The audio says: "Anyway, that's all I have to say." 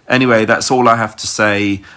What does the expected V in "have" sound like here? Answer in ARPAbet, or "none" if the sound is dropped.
F